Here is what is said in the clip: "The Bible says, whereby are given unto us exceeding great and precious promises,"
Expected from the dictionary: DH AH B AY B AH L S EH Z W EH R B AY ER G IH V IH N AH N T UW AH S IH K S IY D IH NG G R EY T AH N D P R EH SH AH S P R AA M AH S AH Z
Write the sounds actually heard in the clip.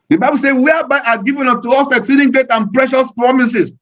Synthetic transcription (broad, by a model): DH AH B AY B AH L S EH W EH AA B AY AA G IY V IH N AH T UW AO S IH K S IY D IH NG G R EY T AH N P R EH SH AH S P R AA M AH S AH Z